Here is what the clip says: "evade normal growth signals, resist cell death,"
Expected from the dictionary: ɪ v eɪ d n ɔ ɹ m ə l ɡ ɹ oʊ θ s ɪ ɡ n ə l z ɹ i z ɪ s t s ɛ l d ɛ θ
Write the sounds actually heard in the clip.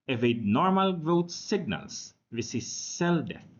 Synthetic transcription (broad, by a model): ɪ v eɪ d n ɔ ɹ m ə l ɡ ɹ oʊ t s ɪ ɡ n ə l s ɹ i s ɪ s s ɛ l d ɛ